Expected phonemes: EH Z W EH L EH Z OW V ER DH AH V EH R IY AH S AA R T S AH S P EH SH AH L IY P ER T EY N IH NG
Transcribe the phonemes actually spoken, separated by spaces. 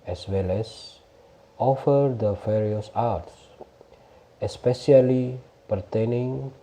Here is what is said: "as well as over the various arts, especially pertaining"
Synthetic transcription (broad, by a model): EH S W EH L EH S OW F ER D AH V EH R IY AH S AA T S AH S P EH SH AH L IY P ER T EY N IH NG